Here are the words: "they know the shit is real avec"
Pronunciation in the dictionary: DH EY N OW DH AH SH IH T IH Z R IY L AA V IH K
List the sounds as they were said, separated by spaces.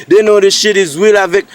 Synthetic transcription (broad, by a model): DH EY N OW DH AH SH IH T IH Z W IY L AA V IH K